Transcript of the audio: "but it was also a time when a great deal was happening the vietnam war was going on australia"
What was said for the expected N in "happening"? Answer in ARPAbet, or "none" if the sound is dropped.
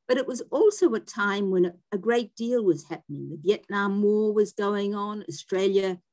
N